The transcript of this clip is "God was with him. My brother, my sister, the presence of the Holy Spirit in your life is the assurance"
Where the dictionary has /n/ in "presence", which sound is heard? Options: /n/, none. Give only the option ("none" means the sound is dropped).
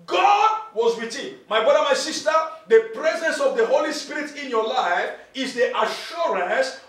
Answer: /n/